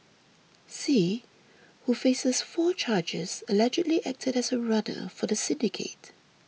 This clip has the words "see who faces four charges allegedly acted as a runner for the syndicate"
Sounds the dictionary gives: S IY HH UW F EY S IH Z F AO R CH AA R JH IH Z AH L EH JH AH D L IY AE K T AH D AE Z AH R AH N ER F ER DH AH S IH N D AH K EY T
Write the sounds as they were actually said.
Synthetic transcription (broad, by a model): S IY HH UW F EY S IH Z F AO CH AA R JH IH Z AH L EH JH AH D L IY AE K T AH D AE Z AH R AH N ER F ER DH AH S IH N D AH K EY T